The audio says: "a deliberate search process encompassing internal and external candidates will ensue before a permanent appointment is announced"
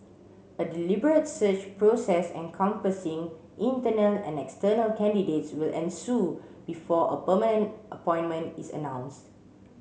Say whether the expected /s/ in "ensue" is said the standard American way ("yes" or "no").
yes